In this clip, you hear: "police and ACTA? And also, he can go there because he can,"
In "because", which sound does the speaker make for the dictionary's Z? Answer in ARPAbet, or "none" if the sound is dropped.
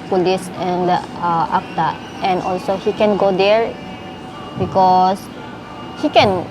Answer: S